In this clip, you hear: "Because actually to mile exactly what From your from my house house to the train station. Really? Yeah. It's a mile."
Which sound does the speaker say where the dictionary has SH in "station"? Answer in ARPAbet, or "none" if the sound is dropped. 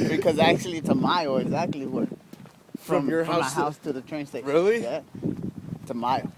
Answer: none